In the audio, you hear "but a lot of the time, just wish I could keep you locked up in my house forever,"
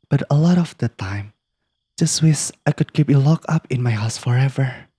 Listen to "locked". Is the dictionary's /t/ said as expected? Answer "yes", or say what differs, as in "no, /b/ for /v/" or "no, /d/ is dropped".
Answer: no, /t/ is dropped